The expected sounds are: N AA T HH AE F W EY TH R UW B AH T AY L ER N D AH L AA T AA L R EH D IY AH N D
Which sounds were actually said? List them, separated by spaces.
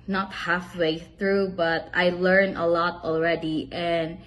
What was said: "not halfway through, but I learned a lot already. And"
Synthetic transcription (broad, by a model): N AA T HH AE F W EY TH R UW B AH T AY L ER N AH L AA T AA L R EH D IY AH N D